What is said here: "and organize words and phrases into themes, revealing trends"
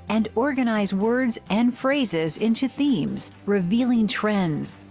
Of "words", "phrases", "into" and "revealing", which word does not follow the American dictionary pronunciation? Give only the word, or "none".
none